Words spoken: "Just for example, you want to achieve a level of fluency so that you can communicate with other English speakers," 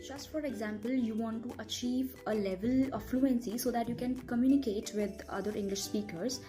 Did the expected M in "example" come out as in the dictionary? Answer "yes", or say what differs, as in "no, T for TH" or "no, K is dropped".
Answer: yes